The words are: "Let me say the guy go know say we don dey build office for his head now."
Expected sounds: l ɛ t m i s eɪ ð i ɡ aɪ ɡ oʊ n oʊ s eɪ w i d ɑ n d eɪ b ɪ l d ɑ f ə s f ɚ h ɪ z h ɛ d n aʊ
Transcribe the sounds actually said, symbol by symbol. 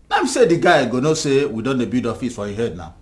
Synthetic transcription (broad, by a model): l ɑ m i s eɪ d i ɡ aɪ ɡ oʊ n oʊ s eɪ w i d ɑ n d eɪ b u d ɑ f ə s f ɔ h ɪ h ɛ d n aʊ